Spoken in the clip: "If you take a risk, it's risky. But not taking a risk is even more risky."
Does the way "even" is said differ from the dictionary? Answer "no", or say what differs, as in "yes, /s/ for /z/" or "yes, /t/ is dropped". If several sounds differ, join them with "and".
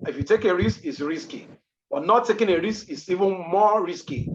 no